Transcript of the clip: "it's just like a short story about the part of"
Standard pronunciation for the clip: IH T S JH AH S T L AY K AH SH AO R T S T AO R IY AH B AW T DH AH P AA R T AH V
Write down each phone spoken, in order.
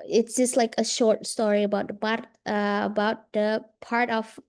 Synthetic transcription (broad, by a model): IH T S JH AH S T L AY K AH SH AO R T S T AO R IY AH B AW T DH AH P AA R T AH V